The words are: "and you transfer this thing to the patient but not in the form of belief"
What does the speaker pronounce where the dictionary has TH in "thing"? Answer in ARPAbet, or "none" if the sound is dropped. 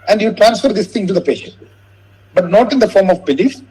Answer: T